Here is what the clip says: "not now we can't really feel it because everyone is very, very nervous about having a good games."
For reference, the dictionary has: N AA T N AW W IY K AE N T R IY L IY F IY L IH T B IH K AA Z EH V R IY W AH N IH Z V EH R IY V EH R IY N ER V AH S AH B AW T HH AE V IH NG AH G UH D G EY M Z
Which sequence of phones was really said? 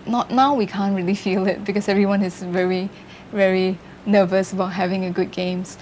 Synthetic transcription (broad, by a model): N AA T N AW W IY K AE N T R IY L IY F IY L IH T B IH K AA S EH V R IY W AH N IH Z V EH R IY V EH R IY N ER V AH S AH B AW T HH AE V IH NG AH G UH D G EY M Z